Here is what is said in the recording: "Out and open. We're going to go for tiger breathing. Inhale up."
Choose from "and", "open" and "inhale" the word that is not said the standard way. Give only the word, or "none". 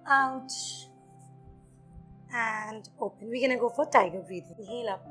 inhale